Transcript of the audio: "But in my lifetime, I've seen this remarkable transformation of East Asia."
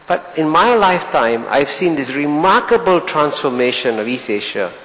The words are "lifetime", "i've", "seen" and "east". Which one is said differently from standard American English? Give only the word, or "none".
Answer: east